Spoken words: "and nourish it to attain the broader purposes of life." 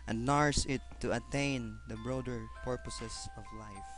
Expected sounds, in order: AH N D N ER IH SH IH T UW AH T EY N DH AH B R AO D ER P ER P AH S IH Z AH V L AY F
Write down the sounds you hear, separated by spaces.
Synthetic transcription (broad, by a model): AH N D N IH S IH T UW AH T EY N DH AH B R AO D ER P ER P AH S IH S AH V L AY F